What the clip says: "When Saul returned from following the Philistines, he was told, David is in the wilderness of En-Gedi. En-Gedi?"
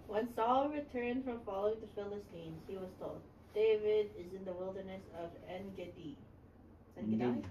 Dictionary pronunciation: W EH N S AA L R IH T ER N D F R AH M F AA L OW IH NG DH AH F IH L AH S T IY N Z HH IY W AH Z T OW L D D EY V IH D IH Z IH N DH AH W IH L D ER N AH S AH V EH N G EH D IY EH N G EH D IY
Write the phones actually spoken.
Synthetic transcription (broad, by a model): W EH N S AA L R IH T ER N D F R AH M F AA L OW IH NG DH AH F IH L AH S T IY N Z HH IY W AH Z T OW L D D EY V IH D IH Z IH N DH AH W IH L D ER N AH S AH V EH N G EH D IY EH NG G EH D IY